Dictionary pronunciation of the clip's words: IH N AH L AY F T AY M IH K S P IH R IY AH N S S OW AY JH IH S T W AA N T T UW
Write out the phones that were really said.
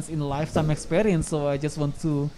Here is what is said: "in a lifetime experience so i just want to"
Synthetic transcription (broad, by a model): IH N L AY F S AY M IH K S P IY R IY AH N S S OW AY JH IH S T W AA N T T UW